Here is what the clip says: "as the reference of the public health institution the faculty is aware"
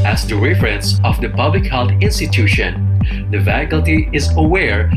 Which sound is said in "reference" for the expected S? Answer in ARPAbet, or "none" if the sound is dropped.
S